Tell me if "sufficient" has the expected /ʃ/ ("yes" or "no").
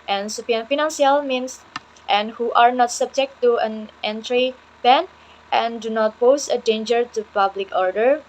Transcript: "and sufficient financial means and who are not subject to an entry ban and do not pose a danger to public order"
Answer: no